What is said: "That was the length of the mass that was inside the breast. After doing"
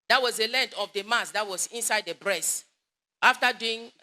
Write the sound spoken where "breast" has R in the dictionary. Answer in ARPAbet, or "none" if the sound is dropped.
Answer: R